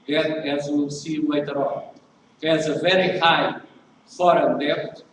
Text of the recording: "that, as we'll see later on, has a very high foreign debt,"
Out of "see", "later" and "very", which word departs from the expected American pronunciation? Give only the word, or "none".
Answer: later